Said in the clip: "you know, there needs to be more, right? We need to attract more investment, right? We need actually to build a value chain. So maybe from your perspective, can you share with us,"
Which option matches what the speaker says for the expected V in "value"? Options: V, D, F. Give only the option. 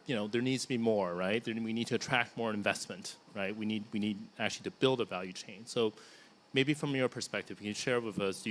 V